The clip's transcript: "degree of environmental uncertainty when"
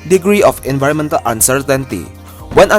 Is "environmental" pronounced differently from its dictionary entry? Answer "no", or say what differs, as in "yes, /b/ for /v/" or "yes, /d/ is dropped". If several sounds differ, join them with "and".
no